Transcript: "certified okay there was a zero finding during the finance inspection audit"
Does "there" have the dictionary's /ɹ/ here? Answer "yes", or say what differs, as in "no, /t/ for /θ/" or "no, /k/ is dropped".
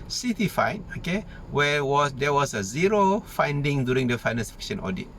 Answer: no, /w/ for /ɹ/